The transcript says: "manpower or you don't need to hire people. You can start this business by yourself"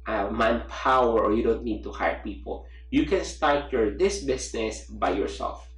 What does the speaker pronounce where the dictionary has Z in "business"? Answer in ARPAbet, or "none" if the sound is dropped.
S